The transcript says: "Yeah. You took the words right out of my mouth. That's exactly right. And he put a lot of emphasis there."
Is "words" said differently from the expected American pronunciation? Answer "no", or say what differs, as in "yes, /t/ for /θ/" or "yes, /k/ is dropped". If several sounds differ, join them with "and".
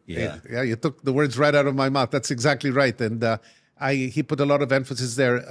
no